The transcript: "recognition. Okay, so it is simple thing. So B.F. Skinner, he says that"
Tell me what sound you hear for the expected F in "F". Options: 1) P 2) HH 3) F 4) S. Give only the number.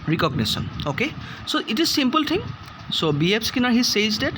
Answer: 1